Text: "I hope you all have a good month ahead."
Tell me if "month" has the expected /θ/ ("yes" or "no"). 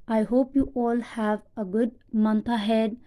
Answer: no